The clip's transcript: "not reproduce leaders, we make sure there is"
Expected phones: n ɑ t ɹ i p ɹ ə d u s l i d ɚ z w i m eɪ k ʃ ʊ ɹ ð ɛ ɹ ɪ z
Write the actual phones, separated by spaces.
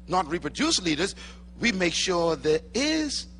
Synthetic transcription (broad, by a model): n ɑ t ɹ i p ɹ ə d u s l i d ɚ z w i m eɪ k ʃ ʊ ɹ ð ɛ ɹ ɪ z